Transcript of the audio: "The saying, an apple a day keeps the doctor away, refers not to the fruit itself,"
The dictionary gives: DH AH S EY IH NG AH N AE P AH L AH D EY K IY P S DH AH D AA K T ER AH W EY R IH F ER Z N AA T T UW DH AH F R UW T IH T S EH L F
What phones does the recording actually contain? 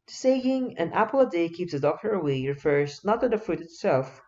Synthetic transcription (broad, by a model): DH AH S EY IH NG AH N AE P AH L AH D EY K IY P S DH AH D AA K T ER AH W EY R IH F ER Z N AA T T UW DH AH F UW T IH T S EH L F